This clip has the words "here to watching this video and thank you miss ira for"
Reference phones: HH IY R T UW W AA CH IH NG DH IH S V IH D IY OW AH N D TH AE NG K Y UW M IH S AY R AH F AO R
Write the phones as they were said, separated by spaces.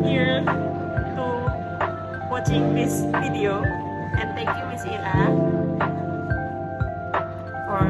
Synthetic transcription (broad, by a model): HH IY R T UW W AA CH IH NG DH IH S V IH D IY OW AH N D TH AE NG K Y UW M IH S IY L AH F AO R